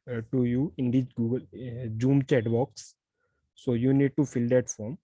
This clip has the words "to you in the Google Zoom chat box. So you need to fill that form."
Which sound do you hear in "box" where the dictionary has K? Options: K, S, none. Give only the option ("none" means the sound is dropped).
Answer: K